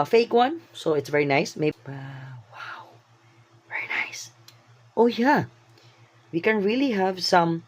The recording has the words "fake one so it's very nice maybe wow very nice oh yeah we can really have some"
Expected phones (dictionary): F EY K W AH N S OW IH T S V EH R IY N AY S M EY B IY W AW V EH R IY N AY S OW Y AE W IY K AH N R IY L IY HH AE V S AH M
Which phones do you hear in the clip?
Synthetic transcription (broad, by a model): F EY K W AH N S OW IH T S V EH R IY N AY S M EY IY W AW V EH R IY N AY S OW Y AE W IY K AH N R IY L IY HH AE V S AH M